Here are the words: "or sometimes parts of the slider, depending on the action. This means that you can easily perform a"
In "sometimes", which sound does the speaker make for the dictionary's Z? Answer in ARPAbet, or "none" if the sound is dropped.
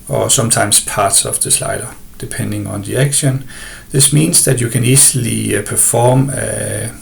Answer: S